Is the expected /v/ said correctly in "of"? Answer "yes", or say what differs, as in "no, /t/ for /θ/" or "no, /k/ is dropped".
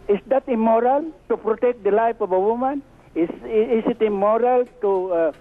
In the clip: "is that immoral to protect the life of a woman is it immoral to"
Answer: no, /b/ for /v/